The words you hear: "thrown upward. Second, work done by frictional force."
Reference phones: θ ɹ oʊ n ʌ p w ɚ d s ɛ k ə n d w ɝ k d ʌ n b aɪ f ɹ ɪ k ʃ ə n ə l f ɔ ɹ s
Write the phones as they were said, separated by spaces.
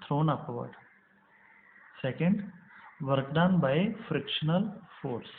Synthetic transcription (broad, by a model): ɹ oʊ n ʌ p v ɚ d s ɛ k ə n d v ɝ k d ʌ n b aɪ f ɹ ɪ k ʃ ə n ə l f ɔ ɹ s